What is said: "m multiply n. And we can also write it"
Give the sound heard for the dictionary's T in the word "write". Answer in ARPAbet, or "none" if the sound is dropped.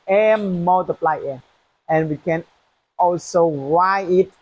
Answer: none